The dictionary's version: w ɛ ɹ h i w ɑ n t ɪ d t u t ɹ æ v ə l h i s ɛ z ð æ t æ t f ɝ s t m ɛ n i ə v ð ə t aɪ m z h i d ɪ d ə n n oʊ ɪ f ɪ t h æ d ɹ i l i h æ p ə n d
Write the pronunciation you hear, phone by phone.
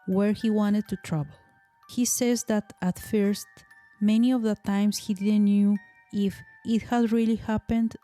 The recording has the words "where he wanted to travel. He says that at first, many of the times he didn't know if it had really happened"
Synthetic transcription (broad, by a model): w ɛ ɹ h i w ɑ n t ɪ d t u t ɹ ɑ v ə l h i s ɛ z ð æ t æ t f ɝ s t m ɛ n i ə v ð ə t aɪ m s h i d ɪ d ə n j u ɪ f ɪ t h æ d ɹ i l i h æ p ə n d